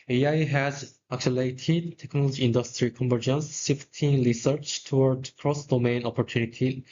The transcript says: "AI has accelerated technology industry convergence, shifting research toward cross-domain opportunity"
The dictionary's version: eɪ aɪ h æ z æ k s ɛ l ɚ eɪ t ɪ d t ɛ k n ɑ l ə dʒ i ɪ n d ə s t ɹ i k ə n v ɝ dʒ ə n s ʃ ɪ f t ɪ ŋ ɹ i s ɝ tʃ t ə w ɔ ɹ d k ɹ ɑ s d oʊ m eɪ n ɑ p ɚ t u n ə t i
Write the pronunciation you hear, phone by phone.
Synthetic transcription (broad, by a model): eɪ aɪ h æ z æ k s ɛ l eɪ t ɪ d t ɛ k n ɑ l ə dʒ i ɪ n d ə s t ɹ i k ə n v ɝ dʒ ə n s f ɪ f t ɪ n ɹ i s ɝ tʃ t ə w ɔ ɹ d k ɹ ɑ s d oʊ m eɪ n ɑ p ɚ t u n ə t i